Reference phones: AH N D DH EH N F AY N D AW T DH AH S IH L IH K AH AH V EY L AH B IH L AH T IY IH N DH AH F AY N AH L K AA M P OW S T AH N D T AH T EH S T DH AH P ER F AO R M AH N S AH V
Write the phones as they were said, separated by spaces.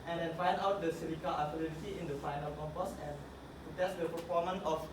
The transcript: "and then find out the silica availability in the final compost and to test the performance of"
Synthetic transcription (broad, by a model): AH N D EH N F AY N D AW T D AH S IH N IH K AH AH F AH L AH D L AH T IY IH N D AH F AY N AH L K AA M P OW S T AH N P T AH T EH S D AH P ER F AO M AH N AH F